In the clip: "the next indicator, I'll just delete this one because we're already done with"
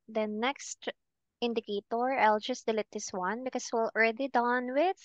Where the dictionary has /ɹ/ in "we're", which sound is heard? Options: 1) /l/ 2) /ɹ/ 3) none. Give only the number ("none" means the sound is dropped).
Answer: 1